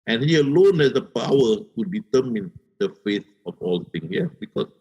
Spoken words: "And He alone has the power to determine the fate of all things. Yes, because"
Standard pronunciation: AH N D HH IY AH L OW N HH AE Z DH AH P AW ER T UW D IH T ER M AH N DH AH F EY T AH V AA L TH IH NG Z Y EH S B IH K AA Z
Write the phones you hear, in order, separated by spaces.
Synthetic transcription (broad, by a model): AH N HH IY AH L OW N HH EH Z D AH P AW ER T UW D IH T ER M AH N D AH F EY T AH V AA L T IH NG Y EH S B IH K AA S